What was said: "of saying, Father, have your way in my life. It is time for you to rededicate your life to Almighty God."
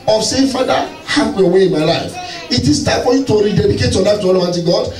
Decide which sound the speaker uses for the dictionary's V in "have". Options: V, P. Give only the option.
P